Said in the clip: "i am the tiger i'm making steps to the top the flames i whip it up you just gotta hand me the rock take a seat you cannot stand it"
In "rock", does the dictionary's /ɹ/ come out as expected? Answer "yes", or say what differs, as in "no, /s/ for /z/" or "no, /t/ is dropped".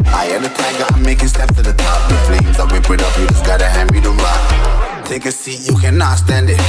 no, /l/ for /ɹ/